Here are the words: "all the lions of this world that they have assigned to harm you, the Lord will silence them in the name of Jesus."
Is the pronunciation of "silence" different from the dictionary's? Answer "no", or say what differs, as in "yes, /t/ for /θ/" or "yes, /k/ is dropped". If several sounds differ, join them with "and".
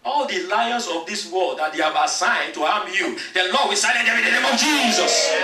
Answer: yes, /n/ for /l/